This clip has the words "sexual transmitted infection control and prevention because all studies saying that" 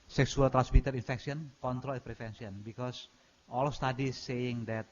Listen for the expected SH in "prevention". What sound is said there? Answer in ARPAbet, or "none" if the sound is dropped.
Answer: S